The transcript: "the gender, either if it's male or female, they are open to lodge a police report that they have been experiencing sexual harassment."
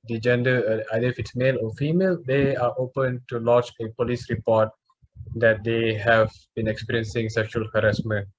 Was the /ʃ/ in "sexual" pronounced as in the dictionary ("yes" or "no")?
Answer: yes